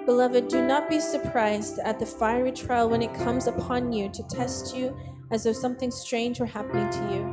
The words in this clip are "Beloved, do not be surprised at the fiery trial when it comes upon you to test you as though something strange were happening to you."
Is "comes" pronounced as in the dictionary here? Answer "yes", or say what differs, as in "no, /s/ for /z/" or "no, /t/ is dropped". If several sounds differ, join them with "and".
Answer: yes